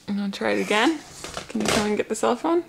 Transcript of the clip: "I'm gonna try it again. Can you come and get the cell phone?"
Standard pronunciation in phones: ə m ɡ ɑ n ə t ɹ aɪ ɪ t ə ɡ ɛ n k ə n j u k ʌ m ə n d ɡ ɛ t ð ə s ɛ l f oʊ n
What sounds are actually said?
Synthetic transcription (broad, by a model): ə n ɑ ə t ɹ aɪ ɪ t ə ɡ ɛ n k ə n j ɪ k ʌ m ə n ɡ ɛ t ð ə s ɛ l f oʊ n